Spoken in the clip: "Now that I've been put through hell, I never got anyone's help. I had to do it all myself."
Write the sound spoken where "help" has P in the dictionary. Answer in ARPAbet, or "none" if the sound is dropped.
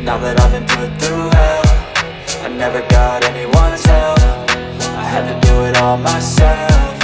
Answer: F